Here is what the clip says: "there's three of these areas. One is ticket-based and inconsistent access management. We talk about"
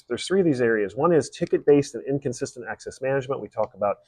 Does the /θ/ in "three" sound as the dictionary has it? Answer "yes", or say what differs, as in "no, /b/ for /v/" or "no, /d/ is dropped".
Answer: yes